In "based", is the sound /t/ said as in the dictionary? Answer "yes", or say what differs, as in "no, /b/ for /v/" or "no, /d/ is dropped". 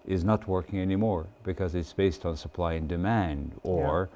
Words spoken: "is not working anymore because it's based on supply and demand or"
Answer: yes